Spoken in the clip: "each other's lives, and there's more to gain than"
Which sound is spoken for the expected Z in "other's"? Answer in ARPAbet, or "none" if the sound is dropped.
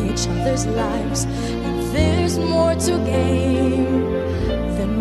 Z